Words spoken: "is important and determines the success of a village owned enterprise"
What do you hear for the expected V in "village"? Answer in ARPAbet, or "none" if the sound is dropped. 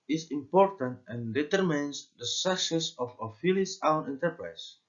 F